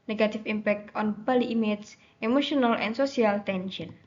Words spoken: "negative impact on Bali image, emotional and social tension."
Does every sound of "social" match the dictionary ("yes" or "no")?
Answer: no